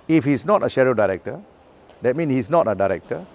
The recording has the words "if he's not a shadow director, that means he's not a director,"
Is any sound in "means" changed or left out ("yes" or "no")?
yes